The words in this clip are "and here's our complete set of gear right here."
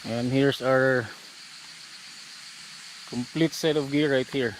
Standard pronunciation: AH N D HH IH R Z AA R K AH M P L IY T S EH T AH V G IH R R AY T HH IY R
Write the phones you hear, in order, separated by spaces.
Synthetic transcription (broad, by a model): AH N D HH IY R S AA R K AH M P L IY T S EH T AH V G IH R R AY T HH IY R